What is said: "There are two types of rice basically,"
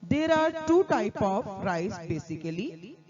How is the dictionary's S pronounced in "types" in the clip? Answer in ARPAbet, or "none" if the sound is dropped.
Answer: none